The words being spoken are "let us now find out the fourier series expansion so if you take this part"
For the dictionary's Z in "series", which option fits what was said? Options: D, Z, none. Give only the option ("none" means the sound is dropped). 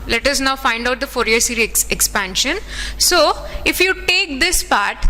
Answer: none